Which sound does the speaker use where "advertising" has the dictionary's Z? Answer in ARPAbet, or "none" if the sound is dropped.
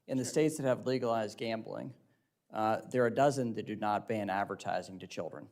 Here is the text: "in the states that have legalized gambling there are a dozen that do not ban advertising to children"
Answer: Z